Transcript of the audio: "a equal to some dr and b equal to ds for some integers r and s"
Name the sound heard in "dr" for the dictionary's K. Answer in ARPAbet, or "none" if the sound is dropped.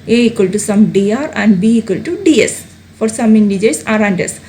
none